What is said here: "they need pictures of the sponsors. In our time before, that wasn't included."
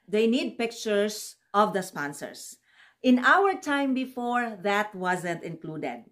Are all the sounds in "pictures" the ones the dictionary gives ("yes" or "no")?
no